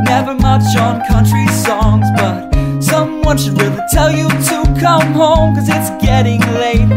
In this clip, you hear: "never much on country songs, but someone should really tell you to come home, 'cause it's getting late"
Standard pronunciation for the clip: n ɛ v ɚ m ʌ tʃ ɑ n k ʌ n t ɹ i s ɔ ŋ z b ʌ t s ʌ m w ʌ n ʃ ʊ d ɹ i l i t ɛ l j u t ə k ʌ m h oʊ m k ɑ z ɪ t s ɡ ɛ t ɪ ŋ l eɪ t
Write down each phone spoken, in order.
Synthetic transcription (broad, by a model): n ɛ v ɚ m ʌ tʃ n k ʌ n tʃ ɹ i s ɔ ŋ z b ʌ t s ʌ m w ʌ n ʃ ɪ d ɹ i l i t ɛ l j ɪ t ə k ʌ m h oʊ m k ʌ z ɪ t s ɡ ɛ t ɪ ŋ l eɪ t